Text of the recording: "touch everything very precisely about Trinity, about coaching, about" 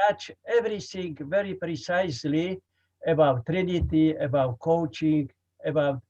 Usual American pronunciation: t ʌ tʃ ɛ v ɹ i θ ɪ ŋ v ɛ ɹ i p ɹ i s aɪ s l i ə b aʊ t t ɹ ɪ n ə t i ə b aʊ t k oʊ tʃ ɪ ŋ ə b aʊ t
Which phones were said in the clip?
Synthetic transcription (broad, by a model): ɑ tʃ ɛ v ɹ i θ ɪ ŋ v ɛ ɹ i p ɹ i s aɪ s l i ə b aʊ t t ɹ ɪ n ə t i ə b aʊ t k oʊ tʃ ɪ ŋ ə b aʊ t